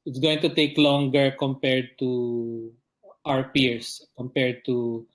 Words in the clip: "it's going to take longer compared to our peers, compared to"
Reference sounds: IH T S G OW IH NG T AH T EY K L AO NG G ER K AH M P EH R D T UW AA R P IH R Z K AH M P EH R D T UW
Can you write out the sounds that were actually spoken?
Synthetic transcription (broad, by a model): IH T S G OW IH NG T AH T EY K L AO NG G ER K AH M P EH R D T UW AA R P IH R S K AH M P EH R D T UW